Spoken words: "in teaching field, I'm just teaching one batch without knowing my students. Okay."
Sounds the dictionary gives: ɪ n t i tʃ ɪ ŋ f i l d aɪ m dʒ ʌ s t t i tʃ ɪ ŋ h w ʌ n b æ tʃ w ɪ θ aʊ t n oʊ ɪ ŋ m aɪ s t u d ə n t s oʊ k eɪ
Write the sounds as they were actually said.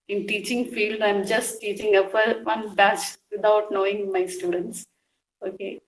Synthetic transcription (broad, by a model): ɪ n t i tʃ ɪ ŋ f i l d aɪ m dʒ ʌ s t t i tʃ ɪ ŋ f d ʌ n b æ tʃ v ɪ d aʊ t n oʊ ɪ ŋ m aɪ s t u d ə n t s oʊ k eɪ